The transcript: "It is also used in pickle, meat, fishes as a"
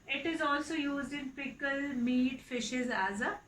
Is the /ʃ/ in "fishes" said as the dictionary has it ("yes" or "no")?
yes